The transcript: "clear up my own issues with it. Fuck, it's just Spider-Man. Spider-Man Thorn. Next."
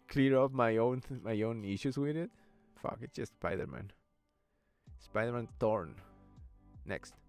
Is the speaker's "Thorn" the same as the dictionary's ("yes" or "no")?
no